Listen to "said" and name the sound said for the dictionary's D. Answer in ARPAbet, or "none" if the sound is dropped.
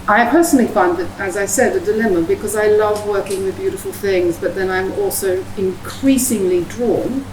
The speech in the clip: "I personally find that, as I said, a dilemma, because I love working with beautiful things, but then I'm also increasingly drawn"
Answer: D